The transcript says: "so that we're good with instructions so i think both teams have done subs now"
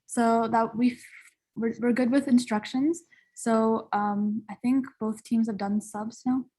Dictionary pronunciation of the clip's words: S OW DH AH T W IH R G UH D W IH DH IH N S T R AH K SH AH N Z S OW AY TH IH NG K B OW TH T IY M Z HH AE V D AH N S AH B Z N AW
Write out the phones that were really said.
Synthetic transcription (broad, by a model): S OW DH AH T W IH R G UH D W IH DH IH N S T R AH K SH AH N Z S OW AY TH IH NG K B OW TH T IY M Z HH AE V D AH N S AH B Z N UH